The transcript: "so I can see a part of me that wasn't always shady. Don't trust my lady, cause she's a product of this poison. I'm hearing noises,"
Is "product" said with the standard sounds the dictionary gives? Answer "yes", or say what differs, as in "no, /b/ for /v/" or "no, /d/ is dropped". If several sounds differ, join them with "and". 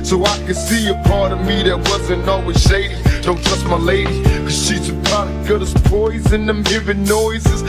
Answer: no, /k/ is dropped